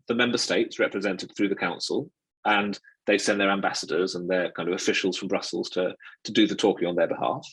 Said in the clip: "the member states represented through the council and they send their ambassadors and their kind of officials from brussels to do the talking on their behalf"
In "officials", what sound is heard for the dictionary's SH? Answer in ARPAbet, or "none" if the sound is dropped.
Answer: SH